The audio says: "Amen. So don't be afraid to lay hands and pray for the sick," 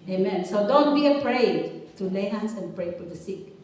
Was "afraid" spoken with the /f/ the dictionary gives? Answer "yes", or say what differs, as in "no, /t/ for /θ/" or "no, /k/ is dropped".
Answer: no, /p/ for /f/